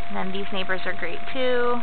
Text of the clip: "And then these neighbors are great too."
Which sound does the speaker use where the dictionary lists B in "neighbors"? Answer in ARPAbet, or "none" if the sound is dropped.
B